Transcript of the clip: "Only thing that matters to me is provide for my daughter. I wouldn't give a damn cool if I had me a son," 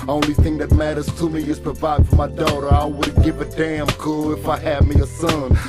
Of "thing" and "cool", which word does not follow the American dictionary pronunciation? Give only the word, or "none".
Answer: none